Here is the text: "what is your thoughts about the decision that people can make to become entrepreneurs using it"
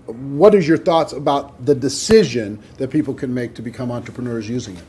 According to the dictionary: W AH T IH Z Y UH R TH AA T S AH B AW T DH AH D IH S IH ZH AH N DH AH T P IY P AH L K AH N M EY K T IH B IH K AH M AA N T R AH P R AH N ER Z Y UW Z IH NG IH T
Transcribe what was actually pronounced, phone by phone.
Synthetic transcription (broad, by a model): W AH T IH Z Y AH R TH AA T S AH B AW T DH AH D IH S IH ZH AH N DH AH T P IY P L K AH N M EY K T IH B IH K AH M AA N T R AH P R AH N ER Z Y UW Z IH NG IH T